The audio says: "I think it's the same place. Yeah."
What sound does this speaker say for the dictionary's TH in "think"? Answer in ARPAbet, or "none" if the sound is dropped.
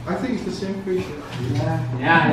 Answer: TH